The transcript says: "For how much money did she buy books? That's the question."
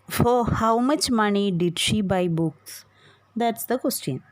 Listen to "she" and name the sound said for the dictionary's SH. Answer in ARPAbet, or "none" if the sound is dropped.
SH